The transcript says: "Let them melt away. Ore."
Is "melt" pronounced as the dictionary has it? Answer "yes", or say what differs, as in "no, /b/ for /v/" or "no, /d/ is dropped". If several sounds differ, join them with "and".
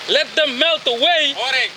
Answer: yes